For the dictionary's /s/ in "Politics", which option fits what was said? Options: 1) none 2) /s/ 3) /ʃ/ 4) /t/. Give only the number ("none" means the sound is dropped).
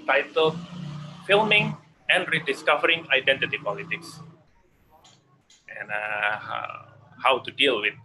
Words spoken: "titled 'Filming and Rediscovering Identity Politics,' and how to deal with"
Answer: 2